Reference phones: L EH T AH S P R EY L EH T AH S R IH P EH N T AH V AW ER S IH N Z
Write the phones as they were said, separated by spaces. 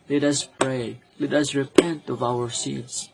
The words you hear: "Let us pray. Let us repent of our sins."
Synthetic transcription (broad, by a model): L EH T AH S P R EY L EH T AH S R IH P EH N T AH V AW ER S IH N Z